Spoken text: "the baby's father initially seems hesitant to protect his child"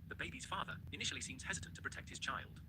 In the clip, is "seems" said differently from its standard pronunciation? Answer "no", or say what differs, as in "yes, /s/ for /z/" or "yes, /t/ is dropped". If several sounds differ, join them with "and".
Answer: no